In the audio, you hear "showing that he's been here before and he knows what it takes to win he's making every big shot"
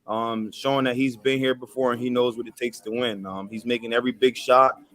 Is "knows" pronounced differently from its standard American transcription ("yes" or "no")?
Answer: no